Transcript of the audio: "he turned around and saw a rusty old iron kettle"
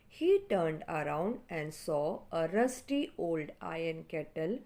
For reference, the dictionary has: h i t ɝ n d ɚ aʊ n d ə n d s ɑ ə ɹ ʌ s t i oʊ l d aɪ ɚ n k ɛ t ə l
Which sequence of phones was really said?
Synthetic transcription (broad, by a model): h i t ɝ n d ɚ aʊ n d ə n d s ɑ ə ɹ ʌ s t i oʊ l d aɪ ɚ n k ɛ t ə l